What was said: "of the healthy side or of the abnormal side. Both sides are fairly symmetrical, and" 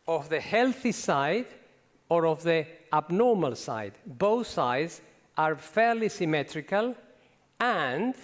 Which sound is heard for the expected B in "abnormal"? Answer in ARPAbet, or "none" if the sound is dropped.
B